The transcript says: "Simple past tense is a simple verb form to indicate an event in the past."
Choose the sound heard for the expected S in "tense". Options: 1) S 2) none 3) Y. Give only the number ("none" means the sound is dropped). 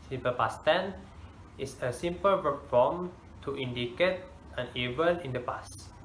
2